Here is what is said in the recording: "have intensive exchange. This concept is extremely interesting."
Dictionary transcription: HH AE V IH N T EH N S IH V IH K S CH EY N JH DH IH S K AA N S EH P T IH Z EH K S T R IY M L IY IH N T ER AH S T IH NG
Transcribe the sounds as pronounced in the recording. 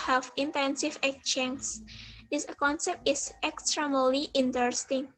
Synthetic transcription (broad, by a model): HH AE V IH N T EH N S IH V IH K CH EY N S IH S K AA N S EH P T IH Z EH K S T R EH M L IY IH N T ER S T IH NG